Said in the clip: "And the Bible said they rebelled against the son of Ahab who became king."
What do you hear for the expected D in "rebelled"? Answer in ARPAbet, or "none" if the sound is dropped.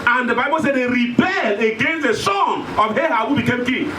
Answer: none